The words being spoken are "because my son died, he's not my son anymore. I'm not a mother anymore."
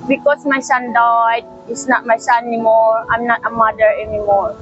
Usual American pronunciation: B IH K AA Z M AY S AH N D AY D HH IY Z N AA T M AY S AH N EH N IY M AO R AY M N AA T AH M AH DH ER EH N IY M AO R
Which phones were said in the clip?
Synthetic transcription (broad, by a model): B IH K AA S M AY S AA N D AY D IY S N AA T M AY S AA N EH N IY M AO R AY M N AA T AH M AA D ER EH N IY M AO R